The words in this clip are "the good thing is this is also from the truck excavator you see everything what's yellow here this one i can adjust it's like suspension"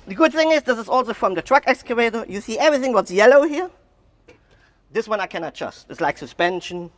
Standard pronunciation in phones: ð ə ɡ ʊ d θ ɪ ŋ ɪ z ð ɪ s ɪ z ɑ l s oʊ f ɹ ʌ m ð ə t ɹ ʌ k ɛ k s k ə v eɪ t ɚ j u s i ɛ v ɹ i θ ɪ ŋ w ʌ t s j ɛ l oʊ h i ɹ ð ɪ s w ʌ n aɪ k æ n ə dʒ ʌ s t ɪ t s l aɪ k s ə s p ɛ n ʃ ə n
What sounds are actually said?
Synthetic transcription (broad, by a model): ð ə ɡ ʊ d θ ɪ ŋ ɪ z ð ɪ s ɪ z ɑ l s oʊ f ɹ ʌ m ð ə t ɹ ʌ k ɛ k s k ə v eɪ t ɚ j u s i ɛ v ɹ i θ ɪ ŋ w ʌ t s j ɛ l oʊ h i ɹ ð ɪ s w ʌ n aɪ k æ n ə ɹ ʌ s t ɪ t s l aɪ k s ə s p ɛ n ʃ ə n